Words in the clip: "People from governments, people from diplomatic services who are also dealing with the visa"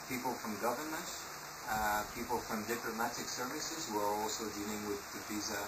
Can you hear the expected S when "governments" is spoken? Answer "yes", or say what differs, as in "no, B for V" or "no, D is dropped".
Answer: no, S is dropped